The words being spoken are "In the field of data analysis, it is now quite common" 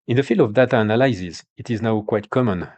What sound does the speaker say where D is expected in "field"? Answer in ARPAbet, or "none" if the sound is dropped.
none